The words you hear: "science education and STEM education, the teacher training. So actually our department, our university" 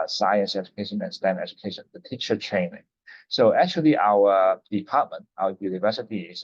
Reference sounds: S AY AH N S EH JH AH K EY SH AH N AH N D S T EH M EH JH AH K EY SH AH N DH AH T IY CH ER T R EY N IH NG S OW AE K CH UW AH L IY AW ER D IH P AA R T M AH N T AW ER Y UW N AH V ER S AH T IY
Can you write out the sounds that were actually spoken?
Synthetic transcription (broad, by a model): S AY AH N S EH JH AH K EY SH AH N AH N S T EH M EH JH AH K EY SH AH N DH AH T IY CH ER T R EY N IH NG S OW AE K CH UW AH L IY AW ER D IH P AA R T M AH N T AW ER Y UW N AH V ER S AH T IY